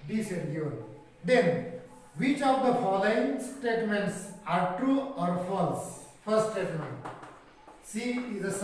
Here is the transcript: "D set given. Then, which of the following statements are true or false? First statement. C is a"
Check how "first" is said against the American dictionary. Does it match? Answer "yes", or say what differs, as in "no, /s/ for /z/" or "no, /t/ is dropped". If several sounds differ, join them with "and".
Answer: no, /s/ is dropped